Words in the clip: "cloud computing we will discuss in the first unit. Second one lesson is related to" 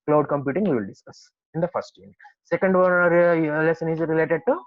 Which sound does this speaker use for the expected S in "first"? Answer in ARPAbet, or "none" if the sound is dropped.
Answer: none